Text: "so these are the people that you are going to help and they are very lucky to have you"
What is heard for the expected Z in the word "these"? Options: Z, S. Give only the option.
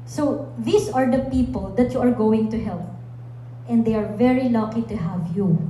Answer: S